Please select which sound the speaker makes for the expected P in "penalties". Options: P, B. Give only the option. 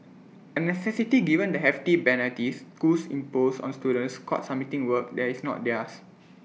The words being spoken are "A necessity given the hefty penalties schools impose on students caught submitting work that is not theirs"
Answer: B